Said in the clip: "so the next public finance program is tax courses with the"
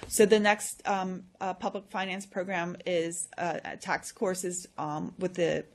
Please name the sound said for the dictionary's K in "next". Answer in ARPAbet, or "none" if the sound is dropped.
K